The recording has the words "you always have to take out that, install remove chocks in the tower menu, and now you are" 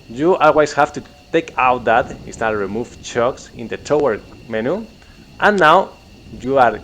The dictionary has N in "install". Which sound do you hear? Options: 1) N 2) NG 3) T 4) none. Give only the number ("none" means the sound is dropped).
4